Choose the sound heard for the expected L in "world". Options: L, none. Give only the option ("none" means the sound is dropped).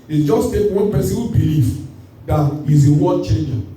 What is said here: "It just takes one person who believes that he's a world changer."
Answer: none